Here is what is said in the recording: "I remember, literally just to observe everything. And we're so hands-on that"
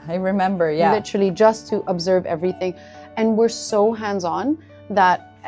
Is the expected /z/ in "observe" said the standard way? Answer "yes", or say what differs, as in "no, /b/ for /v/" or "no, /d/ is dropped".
yes